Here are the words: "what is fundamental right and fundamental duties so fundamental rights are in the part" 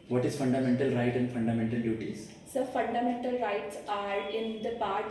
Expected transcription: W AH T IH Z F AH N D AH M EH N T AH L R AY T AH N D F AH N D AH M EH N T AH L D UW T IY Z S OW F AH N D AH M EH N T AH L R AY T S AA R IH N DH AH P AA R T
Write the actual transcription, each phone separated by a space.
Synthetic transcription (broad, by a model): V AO T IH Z F AH N D AH M EH N T AH L R AY T AH N D F AH N D AH M EH N T AH L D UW T IY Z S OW F AH N D AH M EH N T AH L R AY T S AA R IH N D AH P AA R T